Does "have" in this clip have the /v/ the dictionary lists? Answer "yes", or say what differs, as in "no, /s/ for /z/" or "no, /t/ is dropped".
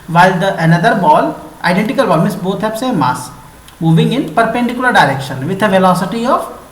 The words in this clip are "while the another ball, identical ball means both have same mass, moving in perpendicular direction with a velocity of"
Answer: no, /p/ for /v/